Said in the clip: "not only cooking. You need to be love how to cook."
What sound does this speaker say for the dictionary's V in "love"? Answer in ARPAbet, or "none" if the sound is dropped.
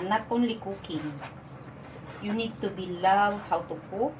W